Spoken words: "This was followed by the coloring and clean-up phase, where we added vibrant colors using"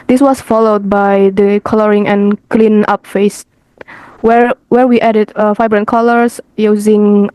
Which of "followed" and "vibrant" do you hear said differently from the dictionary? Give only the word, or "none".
vibrant